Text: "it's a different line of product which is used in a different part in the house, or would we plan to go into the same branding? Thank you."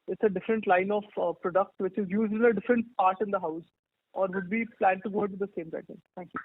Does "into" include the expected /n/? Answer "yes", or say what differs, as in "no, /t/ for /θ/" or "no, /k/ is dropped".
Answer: no, /n/ is dropped